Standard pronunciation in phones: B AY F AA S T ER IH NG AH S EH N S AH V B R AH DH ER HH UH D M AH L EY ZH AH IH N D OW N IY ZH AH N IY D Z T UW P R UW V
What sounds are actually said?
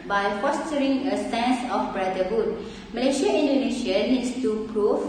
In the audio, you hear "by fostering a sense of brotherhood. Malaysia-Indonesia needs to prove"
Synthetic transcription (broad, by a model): B AY F AA S T ER IH NG AH S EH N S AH F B R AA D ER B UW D M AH L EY SH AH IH N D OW N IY SH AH N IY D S T UW P R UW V